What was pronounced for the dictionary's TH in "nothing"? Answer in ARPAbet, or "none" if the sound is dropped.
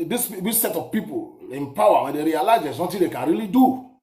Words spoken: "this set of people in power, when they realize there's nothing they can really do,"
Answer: T